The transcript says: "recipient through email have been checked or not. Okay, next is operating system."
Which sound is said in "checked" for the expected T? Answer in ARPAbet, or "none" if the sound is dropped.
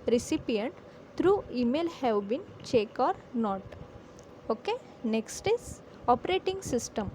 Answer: none